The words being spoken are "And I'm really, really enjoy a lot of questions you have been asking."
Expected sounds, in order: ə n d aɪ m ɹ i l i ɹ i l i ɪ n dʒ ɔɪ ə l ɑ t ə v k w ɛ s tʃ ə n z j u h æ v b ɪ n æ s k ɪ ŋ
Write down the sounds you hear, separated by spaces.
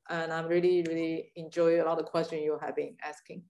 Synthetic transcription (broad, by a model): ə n aɪ m ɹ i l i ɹ i l i ɪ n dʒ ɔɪ ə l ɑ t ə k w ɛ s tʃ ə n j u h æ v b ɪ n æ s k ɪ ŋ